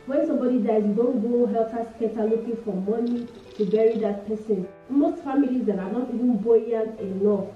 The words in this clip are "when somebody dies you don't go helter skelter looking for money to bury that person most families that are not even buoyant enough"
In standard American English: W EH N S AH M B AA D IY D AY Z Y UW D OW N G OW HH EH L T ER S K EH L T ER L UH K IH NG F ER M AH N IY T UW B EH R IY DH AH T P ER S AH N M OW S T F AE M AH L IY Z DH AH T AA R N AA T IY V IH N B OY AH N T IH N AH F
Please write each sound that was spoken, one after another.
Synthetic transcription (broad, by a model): W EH N S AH M B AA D IY D AY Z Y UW D OW N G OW HH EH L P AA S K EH T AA L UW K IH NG F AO M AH N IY T UW B EH R IY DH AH T P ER S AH N M OW S T F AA M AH L IY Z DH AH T AA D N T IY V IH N B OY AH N IH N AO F